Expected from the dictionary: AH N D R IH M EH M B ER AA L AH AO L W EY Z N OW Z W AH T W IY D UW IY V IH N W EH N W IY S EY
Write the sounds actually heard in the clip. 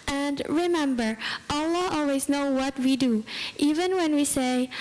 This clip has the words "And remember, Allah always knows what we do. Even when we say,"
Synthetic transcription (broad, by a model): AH N D R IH M EH M B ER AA L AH AO L W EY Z N OW W AH T W IY D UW IY V IH N W EH N W IY S EY